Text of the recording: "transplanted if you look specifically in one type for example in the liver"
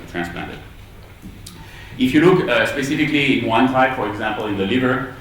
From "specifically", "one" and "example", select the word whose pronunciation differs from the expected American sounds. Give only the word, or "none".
none